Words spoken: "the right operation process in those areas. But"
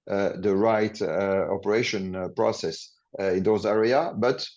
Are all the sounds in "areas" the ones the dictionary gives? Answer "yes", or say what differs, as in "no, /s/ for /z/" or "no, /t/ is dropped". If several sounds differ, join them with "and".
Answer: no, /z/ is dropped